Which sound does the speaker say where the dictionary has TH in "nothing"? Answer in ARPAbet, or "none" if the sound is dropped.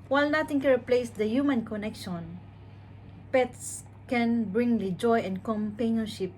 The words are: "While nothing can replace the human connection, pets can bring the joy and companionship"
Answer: T